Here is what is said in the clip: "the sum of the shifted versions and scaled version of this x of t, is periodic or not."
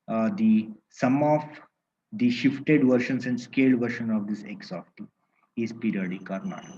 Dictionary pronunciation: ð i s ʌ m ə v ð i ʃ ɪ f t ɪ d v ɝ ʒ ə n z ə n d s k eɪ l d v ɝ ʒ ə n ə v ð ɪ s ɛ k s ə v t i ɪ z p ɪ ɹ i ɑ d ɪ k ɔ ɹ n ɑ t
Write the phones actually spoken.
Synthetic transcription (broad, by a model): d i s ʌ m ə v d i ʃ ɪ f t ɪ d v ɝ ʃ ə n s ə n d s k eɪ l d v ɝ ʃ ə n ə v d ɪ s ɛ k s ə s t i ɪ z p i ɹ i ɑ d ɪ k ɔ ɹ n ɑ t